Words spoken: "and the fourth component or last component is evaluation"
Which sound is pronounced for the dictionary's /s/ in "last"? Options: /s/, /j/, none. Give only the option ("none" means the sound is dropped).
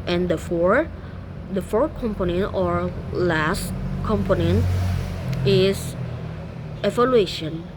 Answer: /s/